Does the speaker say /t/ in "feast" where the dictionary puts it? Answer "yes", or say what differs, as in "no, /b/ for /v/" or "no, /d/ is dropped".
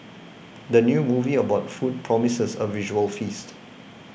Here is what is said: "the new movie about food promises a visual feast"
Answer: yes